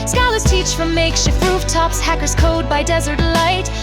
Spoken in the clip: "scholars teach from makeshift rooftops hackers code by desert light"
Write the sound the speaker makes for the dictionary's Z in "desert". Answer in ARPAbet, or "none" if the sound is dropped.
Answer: Z